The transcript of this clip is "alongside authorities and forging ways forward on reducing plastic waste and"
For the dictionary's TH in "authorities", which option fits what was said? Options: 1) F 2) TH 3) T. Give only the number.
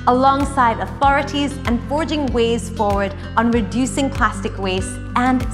2